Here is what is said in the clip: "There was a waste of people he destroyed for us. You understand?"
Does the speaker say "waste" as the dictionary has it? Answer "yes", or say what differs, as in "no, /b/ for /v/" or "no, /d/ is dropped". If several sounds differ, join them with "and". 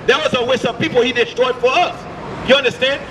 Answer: no, /t/ is dropped